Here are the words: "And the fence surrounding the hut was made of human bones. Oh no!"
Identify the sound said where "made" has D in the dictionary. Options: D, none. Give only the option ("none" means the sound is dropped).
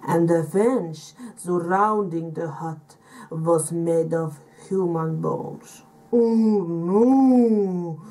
D